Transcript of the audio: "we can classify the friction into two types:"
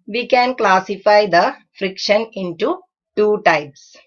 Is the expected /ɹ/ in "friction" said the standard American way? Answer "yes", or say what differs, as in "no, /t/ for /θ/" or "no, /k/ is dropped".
yes